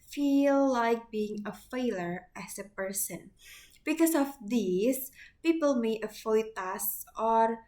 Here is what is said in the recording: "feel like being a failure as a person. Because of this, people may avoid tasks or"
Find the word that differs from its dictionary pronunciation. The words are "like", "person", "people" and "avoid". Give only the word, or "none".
avoid